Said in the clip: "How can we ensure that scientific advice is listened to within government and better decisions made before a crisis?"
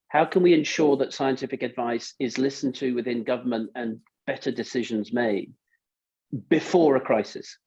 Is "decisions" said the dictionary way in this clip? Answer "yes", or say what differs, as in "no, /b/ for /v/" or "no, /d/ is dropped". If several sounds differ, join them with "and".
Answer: yes